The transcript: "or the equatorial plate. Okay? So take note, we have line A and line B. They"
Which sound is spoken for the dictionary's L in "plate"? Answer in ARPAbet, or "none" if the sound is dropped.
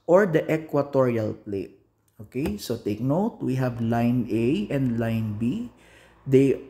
L